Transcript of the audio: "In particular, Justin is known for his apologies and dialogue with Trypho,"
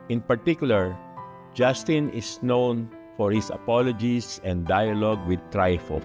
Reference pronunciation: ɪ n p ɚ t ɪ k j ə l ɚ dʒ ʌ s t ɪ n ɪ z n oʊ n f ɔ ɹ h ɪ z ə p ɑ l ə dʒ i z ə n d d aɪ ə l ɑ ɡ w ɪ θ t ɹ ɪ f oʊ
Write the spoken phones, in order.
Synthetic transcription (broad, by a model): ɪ n p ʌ t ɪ k j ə l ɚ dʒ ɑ s t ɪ n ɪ s n oʊ n f ɔ ɹ h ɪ s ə p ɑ l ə dʒ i s ə n d d aɪ ə l ɑ ɡ w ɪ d t ɹ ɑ f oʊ